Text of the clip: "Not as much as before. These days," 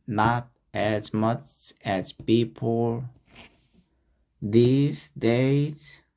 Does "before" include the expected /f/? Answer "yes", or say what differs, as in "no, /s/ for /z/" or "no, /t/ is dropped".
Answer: no, /p/ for /f/